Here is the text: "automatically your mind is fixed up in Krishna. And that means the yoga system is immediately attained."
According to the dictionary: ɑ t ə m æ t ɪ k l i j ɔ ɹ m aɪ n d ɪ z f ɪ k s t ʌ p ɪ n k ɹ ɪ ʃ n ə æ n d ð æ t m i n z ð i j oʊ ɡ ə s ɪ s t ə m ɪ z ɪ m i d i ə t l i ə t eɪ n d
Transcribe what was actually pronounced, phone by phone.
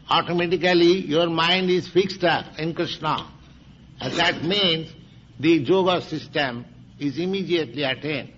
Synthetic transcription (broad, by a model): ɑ t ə m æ t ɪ k l i j ɔ ɹ m aɪ n d ɪ z f ɪ k s t ʌ p ɪ n k ɹ ɪ ʃ n ə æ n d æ t m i n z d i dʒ oʊ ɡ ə s ɪ s t ə m ɪ z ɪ m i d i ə t l i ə t eɪ n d